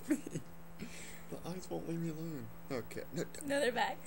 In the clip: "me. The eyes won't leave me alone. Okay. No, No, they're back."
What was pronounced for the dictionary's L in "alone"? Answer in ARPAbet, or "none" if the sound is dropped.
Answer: L